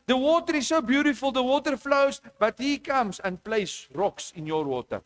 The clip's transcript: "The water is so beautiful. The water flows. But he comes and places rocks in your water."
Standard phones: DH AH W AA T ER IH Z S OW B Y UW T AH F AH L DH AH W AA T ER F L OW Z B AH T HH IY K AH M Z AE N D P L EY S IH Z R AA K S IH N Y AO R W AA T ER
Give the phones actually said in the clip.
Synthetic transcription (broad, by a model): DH AH W AA T ER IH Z S OW B Y UW T AH F AH L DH AH W AA T ER F L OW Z B AH T HH IY K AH M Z AE N D P L EY IH S R AA K S IH N Y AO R W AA T ER